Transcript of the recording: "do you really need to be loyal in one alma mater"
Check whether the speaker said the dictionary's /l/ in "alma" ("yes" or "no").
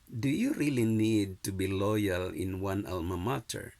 yes